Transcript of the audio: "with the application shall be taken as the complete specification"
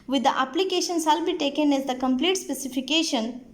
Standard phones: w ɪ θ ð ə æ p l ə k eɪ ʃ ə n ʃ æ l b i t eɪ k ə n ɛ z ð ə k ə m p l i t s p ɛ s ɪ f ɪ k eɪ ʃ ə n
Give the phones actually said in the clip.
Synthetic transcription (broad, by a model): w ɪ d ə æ p l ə k eɪ ʃ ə n s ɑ l b i t eɪ k ə n ɛ z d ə k ə m p l i t s p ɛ s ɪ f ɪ k eɪ ʃ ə n